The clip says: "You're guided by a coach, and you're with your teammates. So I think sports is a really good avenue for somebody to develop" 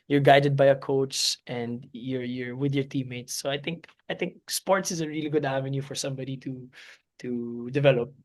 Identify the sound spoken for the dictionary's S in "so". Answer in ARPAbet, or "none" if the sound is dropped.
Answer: TH